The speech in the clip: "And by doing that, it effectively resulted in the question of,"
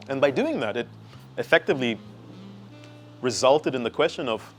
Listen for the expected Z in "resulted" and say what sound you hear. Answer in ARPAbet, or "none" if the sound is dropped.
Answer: Z